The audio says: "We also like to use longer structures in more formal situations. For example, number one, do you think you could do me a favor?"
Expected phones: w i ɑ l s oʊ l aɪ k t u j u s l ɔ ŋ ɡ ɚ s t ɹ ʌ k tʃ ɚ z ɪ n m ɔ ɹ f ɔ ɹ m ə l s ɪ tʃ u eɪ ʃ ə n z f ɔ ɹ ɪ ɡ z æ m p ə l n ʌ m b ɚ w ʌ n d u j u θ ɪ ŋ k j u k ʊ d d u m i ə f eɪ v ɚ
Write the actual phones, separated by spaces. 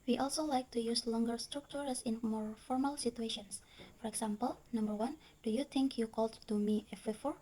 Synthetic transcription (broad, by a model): w i ɑ l s oʊ l aɪ k t u j u s l ɔ ŋ ɡ ɚ s t ɹ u k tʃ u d ɪ n m ɔ ɹ f ɔ ɹ m ə l s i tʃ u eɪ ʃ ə n s f ɔ ɹ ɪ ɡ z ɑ m p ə l n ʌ m b ɚ w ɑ n d u j u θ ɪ ŋ k j u k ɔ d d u m i ə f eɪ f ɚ